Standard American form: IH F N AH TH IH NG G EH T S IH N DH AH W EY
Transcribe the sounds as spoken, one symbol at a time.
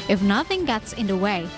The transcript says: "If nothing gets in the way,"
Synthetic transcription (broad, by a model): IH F N AH TH IH NG G EH T S IH N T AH W EY